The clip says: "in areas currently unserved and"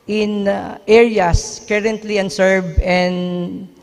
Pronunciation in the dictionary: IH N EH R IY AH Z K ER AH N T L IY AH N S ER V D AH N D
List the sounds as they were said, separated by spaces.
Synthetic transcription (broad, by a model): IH N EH R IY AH S K ER AH N T L IY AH N S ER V AH N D